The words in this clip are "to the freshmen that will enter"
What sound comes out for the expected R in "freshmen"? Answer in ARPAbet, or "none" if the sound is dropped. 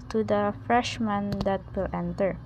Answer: R